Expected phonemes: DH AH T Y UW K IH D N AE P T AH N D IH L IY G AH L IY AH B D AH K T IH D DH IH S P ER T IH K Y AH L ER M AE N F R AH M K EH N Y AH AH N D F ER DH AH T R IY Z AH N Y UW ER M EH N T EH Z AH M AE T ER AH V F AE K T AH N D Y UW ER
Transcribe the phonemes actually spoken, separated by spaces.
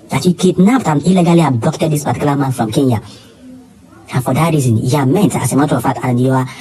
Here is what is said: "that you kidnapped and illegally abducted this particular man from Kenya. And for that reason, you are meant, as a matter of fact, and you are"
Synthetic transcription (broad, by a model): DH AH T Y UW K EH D N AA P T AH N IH L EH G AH L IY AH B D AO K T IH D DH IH S P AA T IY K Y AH L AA M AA N F R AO M K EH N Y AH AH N F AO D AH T R IY Z AH N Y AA M EH N T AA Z AH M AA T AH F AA T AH N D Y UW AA